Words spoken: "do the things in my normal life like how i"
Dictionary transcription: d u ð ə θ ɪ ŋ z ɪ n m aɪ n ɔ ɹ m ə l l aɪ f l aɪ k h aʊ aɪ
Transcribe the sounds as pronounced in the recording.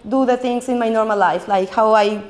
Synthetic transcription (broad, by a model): d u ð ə t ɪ ŋ s ɪ n m aɪ n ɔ ɹ m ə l l aɪ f l aɪ k h aʊ aɪ